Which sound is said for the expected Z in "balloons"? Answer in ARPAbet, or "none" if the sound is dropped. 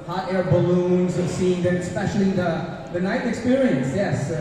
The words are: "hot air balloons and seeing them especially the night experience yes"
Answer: Z